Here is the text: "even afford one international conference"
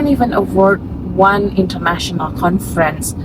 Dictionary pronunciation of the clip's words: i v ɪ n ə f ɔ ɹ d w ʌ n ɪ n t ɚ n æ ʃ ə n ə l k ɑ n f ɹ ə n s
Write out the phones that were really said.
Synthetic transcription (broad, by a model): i v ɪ n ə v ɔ ɹ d w ʌ n ɪ n t ɚ n æ ʃ ə n ə l k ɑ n f ɹ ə n s